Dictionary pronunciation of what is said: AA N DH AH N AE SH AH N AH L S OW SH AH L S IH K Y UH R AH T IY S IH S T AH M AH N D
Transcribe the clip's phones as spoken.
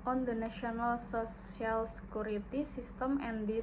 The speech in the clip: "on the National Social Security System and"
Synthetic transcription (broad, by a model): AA N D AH N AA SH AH N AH L S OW S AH L S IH K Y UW R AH T IY S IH S T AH M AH N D